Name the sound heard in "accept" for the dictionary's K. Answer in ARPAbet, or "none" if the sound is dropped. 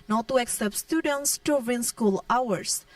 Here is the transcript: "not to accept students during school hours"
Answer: K